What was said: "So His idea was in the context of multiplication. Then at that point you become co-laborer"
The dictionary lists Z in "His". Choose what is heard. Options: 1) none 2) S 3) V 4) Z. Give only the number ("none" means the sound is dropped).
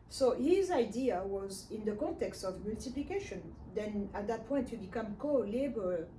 4